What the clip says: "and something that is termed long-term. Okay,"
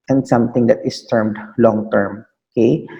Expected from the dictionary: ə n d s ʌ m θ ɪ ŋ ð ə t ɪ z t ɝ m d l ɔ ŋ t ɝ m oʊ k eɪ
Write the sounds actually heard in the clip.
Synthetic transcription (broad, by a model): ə n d s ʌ m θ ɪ ŋ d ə t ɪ s t ɝ m d l ɔ ŋ t ɝ m oʊ k eɪ